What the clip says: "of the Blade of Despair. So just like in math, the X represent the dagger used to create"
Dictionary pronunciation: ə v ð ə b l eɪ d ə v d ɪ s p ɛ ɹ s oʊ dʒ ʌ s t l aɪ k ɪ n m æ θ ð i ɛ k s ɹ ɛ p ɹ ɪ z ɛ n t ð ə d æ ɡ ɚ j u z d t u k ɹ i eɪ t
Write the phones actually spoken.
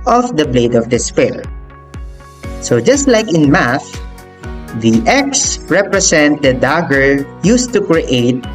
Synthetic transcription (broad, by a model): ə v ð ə b l eɪ d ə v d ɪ s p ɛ l s oʊ dʒ ʌ s t l aɪ k ɪ n m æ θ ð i ɛ k s ɹ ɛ p ɹ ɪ s ɛ n t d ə d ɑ ɡ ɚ j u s t u k ɹ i eɪ t